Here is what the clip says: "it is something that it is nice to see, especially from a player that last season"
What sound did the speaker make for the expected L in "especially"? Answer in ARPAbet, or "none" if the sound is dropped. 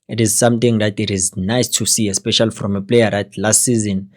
L